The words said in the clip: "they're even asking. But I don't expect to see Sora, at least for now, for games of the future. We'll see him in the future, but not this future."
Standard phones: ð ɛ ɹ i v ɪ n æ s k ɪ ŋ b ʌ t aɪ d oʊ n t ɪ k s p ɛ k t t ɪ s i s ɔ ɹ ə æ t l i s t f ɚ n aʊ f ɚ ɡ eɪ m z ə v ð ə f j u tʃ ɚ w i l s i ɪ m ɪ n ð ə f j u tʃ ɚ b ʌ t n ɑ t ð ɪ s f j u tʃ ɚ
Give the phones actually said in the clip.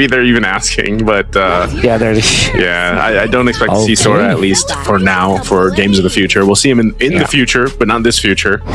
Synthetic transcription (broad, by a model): ð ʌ ɹ i v ɪ n æ s k ɪ ŋ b ʌ t aɪ d oʊ n t ɪ k s p ɛ k t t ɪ s i s ɔ ɹ ə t l i s t f ɚ n aʊ f ɚ ɡ eɪ m z ə v ð ə f j u tʃ ɚ w i l s i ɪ m ɪ n ð ə f j u tʃ ɚ b ʌ t n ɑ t ð ɪ s f j u tʃ ɚ